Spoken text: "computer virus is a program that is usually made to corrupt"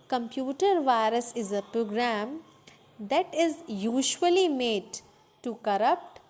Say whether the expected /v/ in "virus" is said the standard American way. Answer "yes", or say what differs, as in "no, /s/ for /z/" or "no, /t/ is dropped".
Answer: yes